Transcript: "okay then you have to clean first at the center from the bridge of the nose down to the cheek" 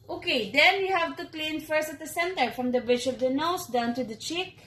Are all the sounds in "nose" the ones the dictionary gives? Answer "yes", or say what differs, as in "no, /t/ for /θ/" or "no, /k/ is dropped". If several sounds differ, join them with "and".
no, /s/ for /z/